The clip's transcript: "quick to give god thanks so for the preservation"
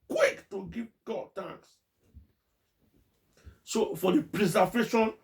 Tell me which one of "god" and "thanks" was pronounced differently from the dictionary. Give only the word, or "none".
thanks